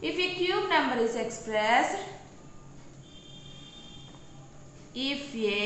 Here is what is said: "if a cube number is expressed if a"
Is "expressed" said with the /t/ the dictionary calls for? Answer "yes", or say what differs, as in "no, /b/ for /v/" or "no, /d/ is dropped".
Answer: no, /t/ is dropped